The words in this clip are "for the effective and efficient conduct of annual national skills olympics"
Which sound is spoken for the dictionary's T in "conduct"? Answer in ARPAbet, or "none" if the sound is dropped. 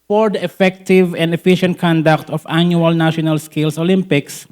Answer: T